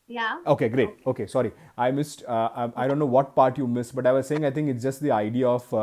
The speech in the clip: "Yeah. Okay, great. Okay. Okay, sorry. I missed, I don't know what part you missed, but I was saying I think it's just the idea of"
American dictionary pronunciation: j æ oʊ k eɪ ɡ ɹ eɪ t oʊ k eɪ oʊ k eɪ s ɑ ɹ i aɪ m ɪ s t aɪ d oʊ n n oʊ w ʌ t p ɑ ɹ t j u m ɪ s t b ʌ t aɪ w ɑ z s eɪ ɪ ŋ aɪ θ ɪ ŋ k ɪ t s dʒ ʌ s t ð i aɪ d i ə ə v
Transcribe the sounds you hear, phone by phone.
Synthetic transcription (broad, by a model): j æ oʊ k eɪ ɡ ɹ eɪ t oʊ oʊ k eɪ s ɑ ɹ i aɪ m ɪ s t aɪ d oʊ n n oʊ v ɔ t p ɑ ɹ t j u m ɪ s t b ʌ t aɪ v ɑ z s eɪ ɪ ŋ aɪ t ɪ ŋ k ɪ t s dʒ ʌ s t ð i aɪ d i ə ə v